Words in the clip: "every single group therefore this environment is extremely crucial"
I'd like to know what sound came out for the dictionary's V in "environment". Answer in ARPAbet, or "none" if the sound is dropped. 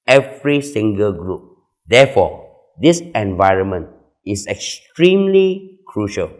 V